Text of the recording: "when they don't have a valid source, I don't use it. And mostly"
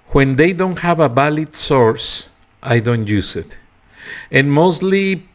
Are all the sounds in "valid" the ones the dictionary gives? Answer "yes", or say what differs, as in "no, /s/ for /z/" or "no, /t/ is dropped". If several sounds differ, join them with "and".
no, /b/ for /v/